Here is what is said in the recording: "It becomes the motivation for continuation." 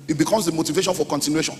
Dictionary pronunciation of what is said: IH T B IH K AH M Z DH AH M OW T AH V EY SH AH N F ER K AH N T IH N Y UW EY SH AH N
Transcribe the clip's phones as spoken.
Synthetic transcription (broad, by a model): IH T B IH K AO M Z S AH M OW T AH V EY SH AH N F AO K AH N T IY N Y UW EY SH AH N